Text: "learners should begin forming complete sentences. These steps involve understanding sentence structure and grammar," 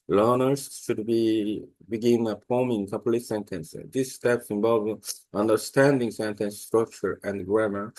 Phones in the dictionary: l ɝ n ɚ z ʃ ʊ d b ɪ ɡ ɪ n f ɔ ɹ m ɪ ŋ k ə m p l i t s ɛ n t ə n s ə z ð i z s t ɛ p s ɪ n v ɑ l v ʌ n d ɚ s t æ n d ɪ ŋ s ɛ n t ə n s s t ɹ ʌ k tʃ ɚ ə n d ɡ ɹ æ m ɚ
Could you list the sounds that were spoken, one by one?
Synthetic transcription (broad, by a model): l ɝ n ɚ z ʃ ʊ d b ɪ ɡ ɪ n p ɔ m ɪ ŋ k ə p l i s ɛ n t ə n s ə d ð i s t ɛ p s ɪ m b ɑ l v ʌ n d ɚ s t æ n d ɪ ŋ s ɛ n t ə n s s t ɹ ʌ k tʃ ɚ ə n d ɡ ɹ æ m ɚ